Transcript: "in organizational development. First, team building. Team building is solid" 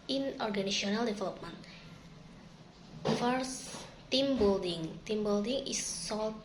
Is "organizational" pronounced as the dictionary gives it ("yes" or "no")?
no